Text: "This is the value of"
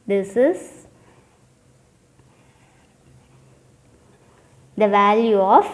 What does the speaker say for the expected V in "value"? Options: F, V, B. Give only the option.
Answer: V